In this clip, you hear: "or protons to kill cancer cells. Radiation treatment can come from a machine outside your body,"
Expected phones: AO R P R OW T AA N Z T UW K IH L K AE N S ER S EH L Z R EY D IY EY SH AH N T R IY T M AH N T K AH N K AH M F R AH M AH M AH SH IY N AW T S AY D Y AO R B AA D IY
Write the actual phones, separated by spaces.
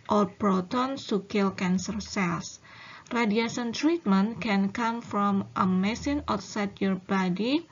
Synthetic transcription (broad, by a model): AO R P R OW T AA N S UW K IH L K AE N S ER S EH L S R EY D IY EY S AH N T R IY T M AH N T K AH N K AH M F R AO M AH M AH S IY N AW T S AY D Y AO R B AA D IY